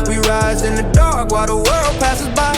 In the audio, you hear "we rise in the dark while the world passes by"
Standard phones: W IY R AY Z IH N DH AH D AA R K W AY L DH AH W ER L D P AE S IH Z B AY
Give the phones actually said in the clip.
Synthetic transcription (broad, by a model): W IY R AY Z IH N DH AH D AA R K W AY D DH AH W ER L D P AE S IH Z B AY